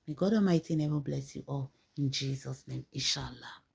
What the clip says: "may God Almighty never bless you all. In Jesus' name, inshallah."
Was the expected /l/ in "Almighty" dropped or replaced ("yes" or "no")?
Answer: yes